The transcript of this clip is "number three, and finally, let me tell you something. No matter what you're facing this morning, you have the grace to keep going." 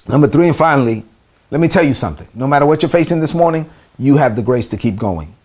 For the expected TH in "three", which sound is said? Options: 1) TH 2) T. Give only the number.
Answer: 1